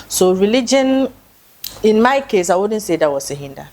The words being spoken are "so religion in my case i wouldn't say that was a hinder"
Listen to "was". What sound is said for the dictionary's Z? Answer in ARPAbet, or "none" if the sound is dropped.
S